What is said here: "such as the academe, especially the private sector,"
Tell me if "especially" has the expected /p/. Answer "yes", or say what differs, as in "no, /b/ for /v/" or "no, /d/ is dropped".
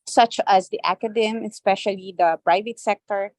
yes